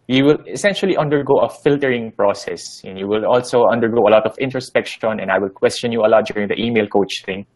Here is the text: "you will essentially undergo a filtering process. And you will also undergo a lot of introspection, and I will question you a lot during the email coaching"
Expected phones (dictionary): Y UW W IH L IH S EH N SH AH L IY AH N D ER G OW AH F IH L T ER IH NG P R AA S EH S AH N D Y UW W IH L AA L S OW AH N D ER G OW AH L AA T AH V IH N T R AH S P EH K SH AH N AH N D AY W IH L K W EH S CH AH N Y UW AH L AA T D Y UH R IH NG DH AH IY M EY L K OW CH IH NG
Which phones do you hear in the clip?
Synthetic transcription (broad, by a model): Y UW W IH L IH S EH N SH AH L IY AH N D ER G OW AH F IH L T ER IH NG P R AA S EH S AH N Y UW W IH L AA L S OW AH N D ER G OW AH L AA T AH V IH N T R AH S P EH K SH AH N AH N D AY W IH L K W EH S CH AH N Y UW AH L AA T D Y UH R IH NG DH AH IY M EY L K OW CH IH NG